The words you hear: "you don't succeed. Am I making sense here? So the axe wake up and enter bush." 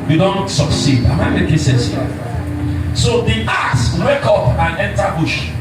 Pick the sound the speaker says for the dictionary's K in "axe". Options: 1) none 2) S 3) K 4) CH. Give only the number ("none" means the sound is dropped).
1